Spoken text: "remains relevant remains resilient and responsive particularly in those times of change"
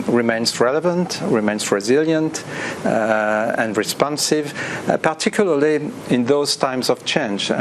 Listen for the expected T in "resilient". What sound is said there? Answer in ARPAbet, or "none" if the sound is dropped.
T